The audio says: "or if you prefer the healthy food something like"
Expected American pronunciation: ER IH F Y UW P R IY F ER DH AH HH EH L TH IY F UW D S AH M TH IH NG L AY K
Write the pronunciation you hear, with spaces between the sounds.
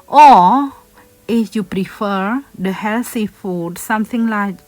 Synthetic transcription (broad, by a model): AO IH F Y UW P R IY F ER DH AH HH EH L S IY F UW D S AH M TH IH NG L AY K